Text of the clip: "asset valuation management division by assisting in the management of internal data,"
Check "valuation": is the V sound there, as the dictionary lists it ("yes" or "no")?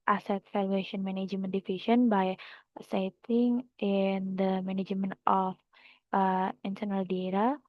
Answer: no